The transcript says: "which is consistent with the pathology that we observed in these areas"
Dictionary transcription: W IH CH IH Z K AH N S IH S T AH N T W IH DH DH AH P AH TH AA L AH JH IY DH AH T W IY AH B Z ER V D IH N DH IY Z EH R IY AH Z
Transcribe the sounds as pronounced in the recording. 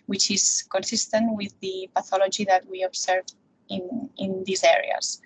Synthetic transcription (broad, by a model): W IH CH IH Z K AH N S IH S T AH N T W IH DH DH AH P AH TH AA L AH JH IY DH AH T W IY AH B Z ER V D IH N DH IY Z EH R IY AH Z